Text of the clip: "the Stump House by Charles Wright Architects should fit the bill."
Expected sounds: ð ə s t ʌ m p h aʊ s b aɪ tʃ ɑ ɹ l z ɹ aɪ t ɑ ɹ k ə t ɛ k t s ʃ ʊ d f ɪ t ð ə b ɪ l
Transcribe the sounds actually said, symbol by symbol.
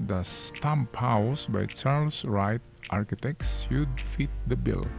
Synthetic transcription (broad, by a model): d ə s t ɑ m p h aʊ s b aɪ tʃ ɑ ɹ l s ɹ aɪ t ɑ ɹ k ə t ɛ k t s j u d f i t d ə b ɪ l